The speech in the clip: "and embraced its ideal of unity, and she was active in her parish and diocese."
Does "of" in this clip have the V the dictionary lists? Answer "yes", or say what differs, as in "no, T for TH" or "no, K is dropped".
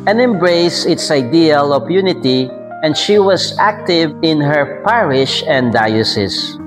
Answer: no, P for V